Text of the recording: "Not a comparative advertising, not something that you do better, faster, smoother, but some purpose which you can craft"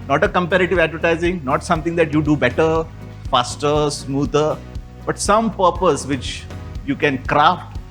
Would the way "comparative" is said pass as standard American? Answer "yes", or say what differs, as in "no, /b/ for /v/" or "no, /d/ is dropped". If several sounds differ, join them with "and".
yes